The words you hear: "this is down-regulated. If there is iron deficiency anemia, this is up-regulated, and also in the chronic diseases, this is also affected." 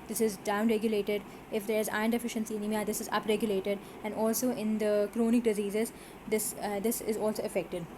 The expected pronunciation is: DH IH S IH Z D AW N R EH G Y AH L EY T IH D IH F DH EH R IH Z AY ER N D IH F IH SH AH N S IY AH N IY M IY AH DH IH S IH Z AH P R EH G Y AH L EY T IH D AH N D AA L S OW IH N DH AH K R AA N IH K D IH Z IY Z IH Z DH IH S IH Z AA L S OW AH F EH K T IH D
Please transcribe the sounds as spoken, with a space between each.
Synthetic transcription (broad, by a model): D IH S IH Z D AW N R EH G Y AH L EY T IH D IH F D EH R IH Z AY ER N D IH F IH SH AH N S IY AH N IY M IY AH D IH S IH Z AH P R EH G Y AH L EY T IH D AH N D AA L S OW IH N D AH K R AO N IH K D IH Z IY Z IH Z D IH S IH Z AA L S OW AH F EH K T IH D